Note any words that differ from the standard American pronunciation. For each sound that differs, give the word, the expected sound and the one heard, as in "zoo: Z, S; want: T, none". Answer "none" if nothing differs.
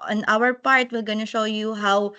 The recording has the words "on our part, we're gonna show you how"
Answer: we're: R, L